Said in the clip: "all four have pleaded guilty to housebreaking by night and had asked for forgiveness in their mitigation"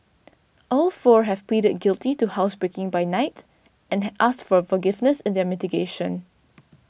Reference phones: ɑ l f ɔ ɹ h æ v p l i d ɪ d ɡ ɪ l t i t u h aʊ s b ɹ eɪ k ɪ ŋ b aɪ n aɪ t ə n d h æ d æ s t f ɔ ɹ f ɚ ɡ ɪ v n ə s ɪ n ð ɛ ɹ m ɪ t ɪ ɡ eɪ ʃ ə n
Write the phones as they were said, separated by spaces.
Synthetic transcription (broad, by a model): ɑ l f ɔ ɹ h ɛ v p l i d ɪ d ɡ ɪ l t i t u h aʊ s b ɹ eɪ k ɪ ŋ b aɪ n aɪ t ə n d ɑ s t f ɔ ɹ f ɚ ɡ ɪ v n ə s ɪ n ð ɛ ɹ m ɪ t ɪ ɡ eɪ ʃ ə n